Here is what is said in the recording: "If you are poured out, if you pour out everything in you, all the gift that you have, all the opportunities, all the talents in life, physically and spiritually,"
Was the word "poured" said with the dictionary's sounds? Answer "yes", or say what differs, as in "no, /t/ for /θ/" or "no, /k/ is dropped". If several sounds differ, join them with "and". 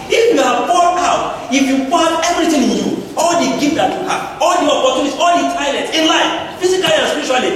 no, /f/ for /p/